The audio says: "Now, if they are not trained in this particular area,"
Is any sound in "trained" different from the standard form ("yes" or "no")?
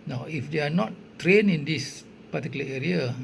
yes